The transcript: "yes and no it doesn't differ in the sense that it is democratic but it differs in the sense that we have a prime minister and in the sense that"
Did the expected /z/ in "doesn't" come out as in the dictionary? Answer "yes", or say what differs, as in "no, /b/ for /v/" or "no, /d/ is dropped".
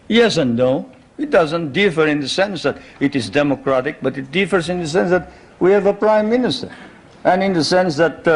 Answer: yes